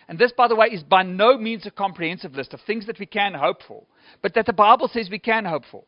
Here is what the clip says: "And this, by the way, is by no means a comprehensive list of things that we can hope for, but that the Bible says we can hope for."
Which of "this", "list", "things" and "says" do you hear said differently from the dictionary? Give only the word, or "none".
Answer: none